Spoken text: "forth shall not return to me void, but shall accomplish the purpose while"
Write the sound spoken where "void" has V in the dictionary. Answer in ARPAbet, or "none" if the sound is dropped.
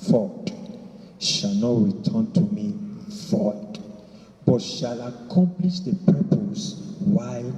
F